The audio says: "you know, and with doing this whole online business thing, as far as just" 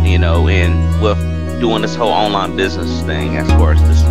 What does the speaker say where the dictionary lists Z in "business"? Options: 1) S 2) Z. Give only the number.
2